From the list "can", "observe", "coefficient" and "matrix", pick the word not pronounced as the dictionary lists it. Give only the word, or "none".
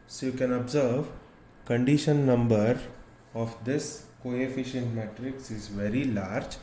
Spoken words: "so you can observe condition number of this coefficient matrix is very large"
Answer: none